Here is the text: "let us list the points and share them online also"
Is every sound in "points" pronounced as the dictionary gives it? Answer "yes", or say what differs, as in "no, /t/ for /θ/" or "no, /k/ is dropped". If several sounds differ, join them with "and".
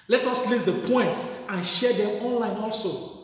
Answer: yes